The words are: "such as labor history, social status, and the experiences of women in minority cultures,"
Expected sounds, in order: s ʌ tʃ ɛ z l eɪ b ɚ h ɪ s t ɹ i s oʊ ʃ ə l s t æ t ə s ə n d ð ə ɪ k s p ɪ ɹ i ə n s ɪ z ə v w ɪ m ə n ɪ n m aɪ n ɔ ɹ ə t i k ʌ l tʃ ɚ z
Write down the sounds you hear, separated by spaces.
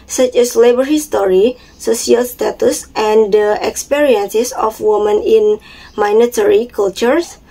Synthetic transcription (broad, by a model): s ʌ tʃ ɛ s l eɪ b ɚ h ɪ s t ɹ i s oʊ s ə l s t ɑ t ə s ə n d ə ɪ k s p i ɹ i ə n s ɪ s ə f w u m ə n ɪ n m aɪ n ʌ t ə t i k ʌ l tʃ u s